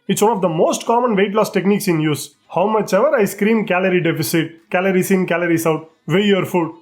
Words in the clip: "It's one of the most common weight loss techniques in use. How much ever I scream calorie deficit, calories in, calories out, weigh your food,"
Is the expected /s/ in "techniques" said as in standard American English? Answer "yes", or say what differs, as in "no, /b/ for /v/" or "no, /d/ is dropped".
yes